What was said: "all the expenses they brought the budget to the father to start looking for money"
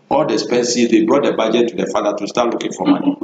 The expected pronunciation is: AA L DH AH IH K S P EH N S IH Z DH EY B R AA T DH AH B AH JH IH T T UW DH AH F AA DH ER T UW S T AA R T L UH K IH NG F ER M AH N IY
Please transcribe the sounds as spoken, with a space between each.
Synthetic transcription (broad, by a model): AA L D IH S P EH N S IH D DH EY B R AA T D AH B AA JH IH T T UW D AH F AA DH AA T UW S T AA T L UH K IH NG F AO M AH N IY